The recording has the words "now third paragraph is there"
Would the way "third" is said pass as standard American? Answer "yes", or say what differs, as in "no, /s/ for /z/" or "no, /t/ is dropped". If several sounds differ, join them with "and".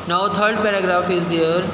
no, /t/ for /θ/